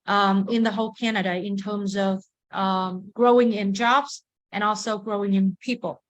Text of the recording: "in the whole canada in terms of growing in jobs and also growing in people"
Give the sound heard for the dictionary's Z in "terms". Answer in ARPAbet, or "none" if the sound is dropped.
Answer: Z